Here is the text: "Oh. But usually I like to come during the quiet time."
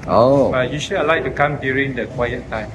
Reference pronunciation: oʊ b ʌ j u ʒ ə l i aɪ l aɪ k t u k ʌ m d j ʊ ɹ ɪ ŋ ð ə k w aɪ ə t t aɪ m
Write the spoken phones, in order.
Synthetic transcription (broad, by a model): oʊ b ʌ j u ʃ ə i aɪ l aɪ k t u k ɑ m d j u ɹ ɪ ŋ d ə k w aɪ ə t t aɪ m